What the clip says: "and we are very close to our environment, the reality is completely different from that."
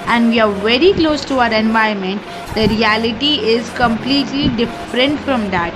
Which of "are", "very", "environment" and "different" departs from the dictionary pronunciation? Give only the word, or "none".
environment